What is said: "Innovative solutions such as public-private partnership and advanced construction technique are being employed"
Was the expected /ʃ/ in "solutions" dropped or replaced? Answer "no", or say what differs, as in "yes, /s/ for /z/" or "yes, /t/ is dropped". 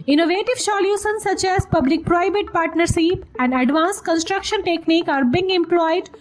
yes, /s/ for /ʃ/